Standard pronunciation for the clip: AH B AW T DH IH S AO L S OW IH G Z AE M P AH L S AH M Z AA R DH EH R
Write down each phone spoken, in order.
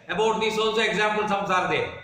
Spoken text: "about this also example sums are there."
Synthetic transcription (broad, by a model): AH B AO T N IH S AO N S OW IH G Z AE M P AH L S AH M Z AA R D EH